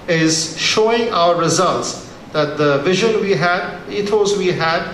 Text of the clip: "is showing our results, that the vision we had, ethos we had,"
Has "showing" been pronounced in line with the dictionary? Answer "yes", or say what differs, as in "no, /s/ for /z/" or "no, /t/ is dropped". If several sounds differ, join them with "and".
yes